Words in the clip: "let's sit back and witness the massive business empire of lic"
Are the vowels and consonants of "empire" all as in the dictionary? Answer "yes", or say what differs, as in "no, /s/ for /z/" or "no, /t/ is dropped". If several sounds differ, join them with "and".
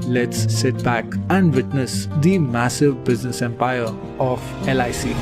yes